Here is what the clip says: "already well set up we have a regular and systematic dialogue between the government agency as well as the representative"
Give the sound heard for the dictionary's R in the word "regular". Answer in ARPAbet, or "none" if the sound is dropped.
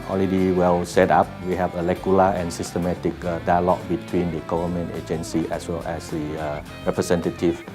L